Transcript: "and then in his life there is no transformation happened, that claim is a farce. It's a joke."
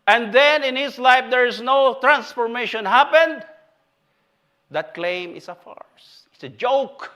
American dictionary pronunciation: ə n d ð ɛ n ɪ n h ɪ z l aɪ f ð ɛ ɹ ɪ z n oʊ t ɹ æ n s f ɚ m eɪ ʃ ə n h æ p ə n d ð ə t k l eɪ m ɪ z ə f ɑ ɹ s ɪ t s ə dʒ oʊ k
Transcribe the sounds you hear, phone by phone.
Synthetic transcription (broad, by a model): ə n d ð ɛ n ɪ n h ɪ s l aɪ f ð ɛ ɹ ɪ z n oʊ t ɹ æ n s f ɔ m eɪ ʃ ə n h æ p ə n d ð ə t k l eɪ m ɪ s ə f ɑ ɹ s ɪ t s ə dʒ oʊ k